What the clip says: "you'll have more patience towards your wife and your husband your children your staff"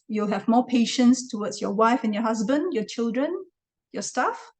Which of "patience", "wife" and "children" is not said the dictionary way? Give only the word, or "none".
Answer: none